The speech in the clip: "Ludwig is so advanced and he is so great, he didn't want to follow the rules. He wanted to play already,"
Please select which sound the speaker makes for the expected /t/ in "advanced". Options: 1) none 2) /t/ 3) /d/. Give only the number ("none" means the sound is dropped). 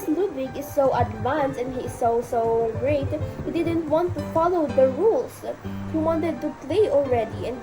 1